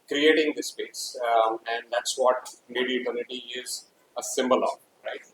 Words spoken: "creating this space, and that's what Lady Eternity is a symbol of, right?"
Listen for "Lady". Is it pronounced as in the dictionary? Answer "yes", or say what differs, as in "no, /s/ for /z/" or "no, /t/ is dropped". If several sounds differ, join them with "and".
no, /n/ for /l/